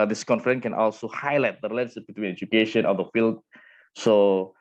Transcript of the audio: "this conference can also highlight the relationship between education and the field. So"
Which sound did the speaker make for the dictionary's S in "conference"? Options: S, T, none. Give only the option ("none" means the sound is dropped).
none